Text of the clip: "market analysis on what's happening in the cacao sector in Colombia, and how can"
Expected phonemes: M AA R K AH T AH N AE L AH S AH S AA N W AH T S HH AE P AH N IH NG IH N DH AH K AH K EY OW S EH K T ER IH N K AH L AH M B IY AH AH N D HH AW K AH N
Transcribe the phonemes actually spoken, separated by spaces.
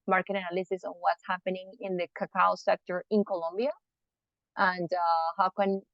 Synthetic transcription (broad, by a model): M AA R K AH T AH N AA L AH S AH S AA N W AH T S HH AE P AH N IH NG IH N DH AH K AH K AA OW S EH K T ER IH N K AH L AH M B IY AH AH N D HH AW K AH N